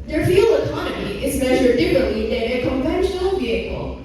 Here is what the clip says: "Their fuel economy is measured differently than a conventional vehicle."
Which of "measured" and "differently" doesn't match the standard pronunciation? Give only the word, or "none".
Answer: differently